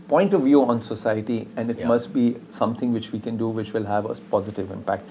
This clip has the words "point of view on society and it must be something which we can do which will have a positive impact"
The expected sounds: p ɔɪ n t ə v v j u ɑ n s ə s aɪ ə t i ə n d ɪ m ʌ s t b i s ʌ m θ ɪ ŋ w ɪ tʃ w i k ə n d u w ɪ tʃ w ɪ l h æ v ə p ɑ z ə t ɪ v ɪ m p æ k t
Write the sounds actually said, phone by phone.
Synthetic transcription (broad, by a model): p ɔɪ n t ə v v j u ɑ n s ə s aɪ ə t i ə n d ɪ m ʌ s t b i s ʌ m t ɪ ŋ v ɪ tʃ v i k ə n d u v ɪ tʃ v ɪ l h æ v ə p ɑ z ə t ɪ v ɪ m p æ k t